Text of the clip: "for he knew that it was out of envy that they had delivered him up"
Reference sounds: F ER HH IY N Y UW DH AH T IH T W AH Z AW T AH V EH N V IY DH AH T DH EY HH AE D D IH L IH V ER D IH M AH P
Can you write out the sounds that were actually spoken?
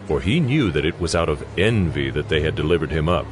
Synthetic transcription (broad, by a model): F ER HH IY N Y UW DH AH T IH T W AH Z AW T AH V EH N V IY DH AH T DH EY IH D D IH L IH V ER D IH M AH P